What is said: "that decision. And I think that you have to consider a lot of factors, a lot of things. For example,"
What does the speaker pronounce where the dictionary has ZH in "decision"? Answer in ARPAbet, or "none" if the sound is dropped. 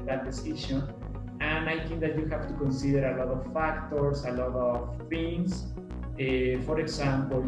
SH